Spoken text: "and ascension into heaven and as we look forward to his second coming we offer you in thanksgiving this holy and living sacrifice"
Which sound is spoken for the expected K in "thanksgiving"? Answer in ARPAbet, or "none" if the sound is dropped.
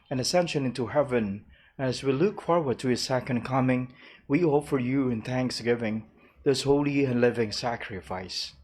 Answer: K